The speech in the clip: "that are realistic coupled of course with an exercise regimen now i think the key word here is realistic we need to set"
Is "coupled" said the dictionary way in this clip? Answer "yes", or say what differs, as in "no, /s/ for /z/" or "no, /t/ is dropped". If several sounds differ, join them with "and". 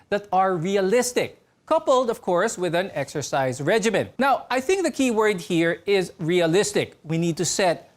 yes